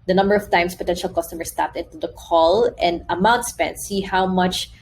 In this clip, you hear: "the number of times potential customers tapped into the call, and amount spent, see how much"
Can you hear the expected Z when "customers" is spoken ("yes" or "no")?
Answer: no